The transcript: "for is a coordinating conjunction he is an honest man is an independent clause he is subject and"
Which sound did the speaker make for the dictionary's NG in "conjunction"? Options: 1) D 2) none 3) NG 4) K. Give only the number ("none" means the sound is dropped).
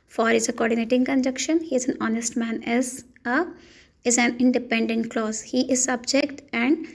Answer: 2